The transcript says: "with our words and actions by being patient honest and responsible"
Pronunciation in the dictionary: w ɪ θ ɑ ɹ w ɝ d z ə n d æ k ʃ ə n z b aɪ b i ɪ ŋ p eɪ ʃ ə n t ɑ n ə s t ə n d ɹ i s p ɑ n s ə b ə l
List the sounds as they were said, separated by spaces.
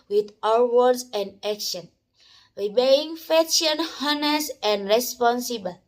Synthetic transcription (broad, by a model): w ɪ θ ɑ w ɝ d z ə n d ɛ k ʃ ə n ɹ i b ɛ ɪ ŋ f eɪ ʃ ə n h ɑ n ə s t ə n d ɹ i s p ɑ n s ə b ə l